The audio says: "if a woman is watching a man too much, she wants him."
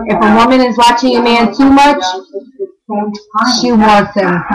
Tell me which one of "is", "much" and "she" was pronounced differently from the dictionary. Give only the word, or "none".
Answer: none